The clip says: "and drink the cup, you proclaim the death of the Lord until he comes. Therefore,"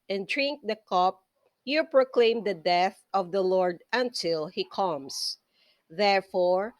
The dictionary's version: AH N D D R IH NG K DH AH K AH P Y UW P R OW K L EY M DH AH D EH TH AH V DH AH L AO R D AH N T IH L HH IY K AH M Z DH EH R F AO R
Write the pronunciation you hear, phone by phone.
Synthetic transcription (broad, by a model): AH N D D R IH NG K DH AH K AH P Y UW P R OW K L EY M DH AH D EH TH AH V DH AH L AO R D AH N T IH L HH IY K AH M S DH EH R F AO R